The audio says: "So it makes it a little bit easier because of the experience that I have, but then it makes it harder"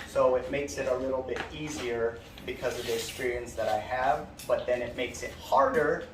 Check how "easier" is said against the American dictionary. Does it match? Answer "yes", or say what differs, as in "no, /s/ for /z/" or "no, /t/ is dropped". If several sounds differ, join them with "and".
yes